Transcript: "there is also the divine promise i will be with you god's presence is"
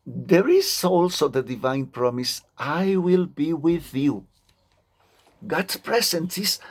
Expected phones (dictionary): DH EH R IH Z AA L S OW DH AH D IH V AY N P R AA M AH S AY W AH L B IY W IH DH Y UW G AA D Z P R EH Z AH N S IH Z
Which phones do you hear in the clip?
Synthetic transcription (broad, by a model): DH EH R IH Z AA L S OW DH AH D IH V AY N P R AA M AH S AY W AH L B IY W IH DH Y UW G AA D P R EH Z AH N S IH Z